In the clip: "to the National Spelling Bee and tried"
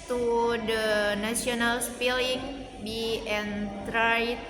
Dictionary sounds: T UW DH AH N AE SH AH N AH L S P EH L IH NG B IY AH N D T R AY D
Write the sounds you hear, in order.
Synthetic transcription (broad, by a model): T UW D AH N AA S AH N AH L S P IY L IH NG B IY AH N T R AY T